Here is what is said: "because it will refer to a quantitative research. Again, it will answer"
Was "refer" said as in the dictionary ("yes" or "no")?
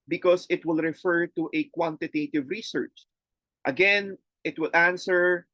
yes